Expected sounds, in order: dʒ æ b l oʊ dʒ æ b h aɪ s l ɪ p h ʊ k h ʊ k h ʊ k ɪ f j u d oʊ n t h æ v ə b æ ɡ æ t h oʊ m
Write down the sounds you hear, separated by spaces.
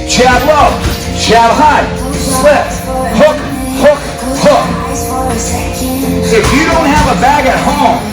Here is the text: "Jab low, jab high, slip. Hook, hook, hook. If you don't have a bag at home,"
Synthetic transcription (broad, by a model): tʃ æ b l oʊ tʃ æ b h aɪ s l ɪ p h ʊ k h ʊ k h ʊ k ɪ f j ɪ d oʊ n t h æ v ə b æ ɡ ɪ t h oʊ m